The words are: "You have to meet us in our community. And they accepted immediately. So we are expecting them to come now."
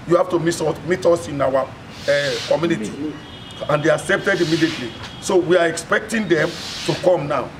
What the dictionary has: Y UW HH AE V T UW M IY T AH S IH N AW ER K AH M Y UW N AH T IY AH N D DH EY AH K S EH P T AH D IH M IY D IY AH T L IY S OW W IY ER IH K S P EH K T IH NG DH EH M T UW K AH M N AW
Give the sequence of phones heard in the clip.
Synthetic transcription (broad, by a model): Y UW HH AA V T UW M IY T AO S IH N AW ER K AH M Y UW N AH T IY AH N D EY AH K S EH P T AH D IH M IY D IY AH T L IY S OW W IY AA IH K S P EH K T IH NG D EH M T UW K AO M N AW